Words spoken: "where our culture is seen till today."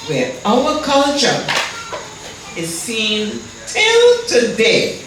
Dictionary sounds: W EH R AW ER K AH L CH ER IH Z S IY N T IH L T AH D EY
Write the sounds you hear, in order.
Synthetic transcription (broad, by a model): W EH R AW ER K AH L CH ER IH Z S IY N T IH L T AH D EY